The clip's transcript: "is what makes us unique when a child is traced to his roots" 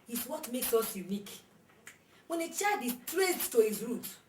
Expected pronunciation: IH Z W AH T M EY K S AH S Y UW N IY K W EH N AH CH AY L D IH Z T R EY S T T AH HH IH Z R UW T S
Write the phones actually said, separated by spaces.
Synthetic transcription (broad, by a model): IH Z W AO T M EY K S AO S Y UW N IY K W EH N AH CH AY D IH S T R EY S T T AH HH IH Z R UW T